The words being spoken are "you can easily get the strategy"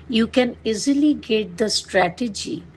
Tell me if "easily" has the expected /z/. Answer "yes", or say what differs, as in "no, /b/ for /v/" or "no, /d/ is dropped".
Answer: yes